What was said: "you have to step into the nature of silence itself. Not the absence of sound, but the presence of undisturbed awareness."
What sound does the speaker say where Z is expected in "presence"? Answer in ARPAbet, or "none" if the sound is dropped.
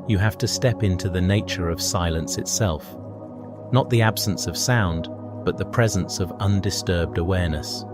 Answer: Z